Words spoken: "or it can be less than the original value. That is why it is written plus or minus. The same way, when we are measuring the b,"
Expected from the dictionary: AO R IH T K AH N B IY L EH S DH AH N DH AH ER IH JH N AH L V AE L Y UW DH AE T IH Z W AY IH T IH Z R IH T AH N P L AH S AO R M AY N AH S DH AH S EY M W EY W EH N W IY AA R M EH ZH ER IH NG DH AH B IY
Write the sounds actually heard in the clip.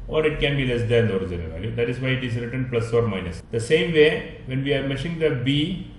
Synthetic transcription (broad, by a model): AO R IH T K AH N B IY L EH S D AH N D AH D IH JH AH N V AE L Y UW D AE T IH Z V AY IH T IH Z R IH T AH N P L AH S AO R M AY N AH S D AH S EY M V EY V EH N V IY AA R M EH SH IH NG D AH B IY